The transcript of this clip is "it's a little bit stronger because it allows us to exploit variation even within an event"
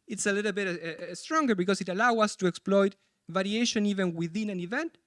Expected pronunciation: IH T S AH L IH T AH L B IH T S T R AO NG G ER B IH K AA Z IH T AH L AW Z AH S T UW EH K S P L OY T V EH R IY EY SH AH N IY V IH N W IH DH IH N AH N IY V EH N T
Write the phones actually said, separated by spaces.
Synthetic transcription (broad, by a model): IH T S AH L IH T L B IH T S T R AO NG G ER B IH K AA S IH T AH L AW AH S T UW EH K S P L OY T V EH R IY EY SH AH N IY V IH N W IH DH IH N AH N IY V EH N T